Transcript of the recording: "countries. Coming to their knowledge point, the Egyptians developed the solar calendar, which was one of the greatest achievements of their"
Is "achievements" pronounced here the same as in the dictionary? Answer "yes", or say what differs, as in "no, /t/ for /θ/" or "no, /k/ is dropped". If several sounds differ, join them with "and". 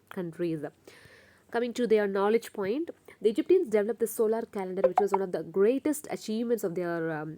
yes